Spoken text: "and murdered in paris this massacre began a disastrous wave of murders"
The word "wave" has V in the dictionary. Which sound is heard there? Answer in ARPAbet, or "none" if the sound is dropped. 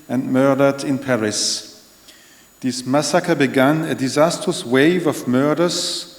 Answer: V